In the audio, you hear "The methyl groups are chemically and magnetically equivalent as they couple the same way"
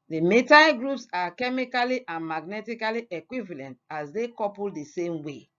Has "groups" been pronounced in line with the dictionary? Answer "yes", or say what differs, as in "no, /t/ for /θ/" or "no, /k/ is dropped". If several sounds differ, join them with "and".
yes